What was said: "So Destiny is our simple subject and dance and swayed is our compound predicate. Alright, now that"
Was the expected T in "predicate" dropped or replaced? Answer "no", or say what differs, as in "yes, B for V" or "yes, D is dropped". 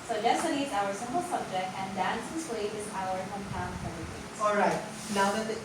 yes, T is dropped